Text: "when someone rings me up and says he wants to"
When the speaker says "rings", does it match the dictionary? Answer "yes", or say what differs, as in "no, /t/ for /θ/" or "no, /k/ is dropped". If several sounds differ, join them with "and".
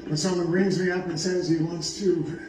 yes